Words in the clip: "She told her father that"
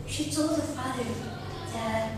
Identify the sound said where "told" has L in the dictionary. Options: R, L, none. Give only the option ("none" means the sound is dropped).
L